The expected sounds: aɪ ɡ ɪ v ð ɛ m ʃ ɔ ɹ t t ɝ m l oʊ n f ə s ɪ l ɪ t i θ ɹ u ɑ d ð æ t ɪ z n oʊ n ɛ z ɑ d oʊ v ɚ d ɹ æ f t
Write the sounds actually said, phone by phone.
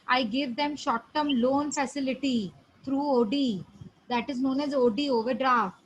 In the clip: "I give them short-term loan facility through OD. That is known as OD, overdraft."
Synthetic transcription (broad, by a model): aɪ ɡ ɪ v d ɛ m ʃ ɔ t t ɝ m l oʊ n f ə s ɪ l ɪ t i t ɹ u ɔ d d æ t ɪ z n oʊ n ɛ z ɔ d oʊ v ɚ d ɹ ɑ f t